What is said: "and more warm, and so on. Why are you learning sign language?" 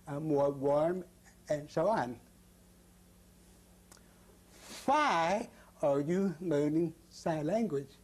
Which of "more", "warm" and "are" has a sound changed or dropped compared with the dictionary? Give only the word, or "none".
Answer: none